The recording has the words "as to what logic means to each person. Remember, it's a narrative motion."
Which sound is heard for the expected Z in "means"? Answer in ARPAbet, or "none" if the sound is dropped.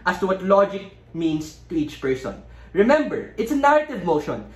S